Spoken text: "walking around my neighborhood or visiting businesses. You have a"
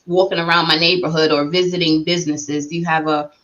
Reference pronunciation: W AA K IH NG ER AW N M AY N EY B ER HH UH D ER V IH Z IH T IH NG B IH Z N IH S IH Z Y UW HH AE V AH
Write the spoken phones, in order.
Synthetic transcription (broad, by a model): W AA K IH NG ER AW N M AY N EY B ER HH UH D ER V IH Z IH T IH NG B IH Z N IH S IH Z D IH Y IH V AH